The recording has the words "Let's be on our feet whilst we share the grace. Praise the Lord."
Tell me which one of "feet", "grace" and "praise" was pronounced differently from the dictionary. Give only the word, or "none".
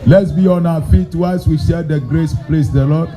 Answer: praise